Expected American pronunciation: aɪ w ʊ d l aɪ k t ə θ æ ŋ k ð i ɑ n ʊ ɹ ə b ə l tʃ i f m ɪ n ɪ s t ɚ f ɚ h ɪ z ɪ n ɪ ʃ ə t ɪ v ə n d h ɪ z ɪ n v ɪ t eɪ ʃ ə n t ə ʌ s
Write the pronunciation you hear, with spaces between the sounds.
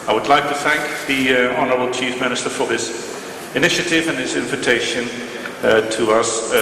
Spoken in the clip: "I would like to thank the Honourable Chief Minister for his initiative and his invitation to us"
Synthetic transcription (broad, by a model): aɪ w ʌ d l aɪ k t ə θ æ ŋ k ð i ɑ n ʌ ɹ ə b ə l tʃ i f m ɪ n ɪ s t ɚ f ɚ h ɪ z ɪ n ɪ ʃ ə t ɪ v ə n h ɪ z ɪ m v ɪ t eɪ ʃ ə n t ə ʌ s